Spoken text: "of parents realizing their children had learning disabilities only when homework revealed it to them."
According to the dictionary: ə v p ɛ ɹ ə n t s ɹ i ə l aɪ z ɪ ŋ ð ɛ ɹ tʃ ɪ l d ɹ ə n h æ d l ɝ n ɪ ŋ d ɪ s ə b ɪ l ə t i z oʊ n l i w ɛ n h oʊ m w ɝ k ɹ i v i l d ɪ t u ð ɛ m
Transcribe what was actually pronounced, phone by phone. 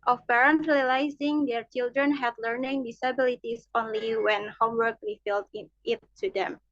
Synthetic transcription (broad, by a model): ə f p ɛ ɹ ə n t ɹ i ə l aɪ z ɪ ŋ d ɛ ɹ tʃ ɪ l d ɹ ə n h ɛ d l ɝ n ɪ ŋ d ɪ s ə b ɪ l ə t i s oʊ n l i w ɛ n h oʊ m w ɝ k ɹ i f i l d ɪ t u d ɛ m